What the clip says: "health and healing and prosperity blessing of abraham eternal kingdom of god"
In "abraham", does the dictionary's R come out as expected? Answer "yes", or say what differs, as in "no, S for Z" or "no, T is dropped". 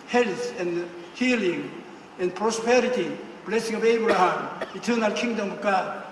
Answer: no, R is dropped